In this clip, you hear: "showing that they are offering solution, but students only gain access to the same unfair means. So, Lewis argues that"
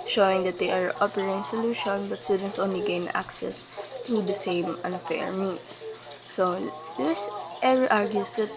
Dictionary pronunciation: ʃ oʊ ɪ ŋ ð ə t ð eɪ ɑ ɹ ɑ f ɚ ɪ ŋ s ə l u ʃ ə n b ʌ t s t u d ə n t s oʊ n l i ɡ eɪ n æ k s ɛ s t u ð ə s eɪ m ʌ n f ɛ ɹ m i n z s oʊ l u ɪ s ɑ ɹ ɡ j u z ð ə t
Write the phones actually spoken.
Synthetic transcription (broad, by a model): ʃ oʊ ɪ ŋ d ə t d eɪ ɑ ɹ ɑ p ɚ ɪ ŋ s ə l u ʃ ə n b ʌ t s t u d ə n t s oʊ n l i ɡ eɪ n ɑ k s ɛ s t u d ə s eɪ m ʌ n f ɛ ɹ m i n s oʊ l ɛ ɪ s ɑ ɹ ɡ j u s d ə t